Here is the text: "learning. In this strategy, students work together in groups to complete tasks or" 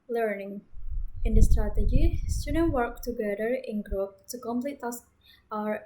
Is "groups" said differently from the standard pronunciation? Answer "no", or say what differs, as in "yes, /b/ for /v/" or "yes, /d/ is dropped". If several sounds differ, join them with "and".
yes, /s/ is dropped